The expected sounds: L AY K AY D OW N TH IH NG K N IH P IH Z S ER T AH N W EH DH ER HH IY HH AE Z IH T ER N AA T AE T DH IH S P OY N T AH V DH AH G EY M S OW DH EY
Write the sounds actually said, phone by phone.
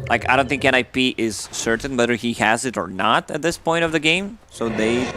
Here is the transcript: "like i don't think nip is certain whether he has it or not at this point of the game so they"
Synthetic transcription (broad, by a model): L AY K AY D OW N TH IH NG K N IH P IH Z S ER T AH N W EH DH ER HH IY HH AE Z IH T ER N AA T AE T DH IH S P OY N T AH V DH AH G EY M S OW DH EY